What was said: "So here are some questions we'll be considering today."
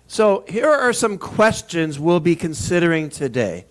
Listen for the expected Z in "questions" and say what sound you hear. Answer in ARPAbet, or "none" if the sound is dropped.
Z